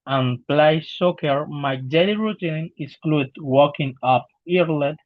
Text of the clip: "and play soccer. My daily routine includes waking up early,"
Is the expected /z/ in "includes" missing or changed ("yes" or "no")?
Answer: yes